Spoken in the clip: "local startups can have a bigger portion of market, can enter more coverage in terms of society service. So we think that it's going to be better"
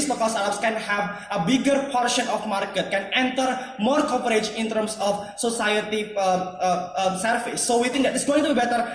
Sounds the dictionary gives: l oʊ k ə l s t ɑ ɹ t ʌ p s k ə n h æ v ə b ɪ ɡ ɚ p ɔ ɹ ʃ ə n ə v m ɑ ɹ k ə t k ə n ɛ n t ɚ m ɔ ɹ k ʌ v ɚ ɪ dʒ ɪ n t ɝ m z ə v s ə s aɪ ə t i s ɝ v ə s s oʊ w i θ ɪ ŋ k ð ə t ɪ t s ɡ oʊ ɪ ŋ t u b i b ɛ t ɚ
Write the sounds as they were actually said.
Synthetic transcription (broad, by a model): l oʊ k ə l s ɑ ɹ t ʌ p s k ə n h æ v ə b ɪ ɡ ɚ p ɔ ɹ ʃ ə n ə f m ɑ ɹ k ə t k ə n ɛ n t ɚ m ɔ ɹ k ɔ p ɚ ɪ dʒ ɪ n t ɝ m s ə f s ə s aɪ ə t i s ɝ f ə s s oʊ w i t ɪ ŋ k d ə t ɪ t s ɡ oʊ ɪ ŋ t u b i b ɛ t ɚ